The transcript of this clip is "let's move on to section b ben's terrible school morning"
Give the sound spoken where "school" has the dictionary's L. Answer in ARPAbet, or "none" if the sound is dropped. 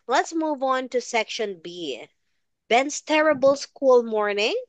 L